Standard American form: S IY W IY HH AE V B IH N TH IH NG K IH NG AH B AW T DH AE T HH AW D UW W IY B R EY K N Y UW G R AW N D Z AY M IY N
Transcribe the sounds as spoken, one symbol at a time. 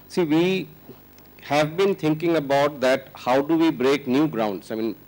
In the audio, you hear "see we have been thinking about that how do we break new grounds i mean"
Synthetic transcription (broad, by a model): S IY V IY HH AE V B IH N T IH NG K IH NG AH B AW T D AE T HH AW D UW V IY B R EY K N Y UW G R AW N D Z AY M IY N